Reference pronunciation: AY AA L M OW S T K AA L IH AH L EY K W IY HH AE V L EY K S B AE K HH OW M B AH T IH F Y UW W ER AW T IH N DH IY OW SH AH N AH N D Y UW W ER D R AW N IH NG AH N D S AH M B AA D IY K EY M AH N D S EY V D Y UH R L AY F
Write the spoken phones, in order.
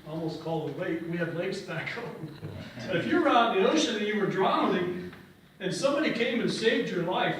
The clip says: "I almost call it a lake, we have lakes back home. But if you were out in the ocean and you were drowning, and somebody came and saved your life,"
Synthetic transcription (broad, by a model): AA L M OW S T K AA L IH AH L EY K W IY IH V L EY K S B AE K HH OW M B AH T IH F Y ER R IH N DH IY OW SH AH N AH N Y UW W ER D R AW L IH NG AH N S AH M B AA D IY K EY M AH S EY V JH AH R L AY F